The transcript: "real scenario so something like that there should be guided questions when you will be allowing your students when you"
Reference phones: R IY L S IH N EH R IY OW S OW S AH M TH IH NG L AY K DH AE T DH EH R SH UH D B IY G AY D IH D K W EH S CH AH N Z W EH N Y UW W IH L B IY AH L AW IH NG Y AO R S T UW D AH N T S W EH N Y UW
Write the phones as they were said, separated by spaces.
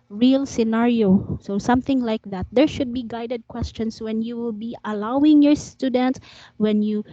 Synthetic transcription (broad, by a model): R IY L S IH N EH R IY OW S OW S AH M TH IH NG L AY K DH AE T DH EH R SH UH D B IY G AY D IH D K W EH S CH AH N S W EH N Y UW W IH L B IY AH L AW IH NG Y AO R S T UW D AH N T S W EH N Y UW